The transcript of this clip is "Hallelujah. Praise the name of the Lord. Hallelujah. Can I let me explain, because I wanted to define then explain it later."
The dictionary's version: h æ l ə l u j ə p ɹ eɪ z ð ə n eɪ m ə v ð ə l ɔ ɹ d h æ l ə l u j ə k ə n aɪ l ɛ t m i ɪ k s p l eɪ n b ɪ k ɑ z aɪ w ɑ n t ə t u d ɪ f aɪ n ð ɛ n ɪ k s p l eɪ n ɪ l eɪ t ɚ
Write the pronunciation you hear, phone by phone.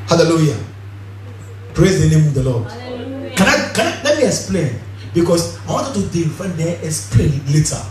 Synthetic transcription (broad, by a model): h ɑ l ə l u j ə p ɹ eɪ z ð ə n eɪ m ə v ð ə l ɔ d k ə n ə k ə n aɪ l ɛ t m i ɪ k s p l eɪ n b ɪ k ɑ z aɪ w ɑ n t ə t u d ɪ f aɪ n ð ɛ ɪ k s p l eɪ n l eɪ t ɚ